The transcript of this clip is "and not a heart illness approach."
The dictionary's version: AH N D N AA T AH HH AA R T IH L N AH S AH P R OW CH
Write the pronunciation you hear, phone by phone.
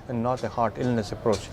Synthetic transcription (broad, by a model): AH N N AA T AH HH AA R T IH L N AH S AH P R OW CH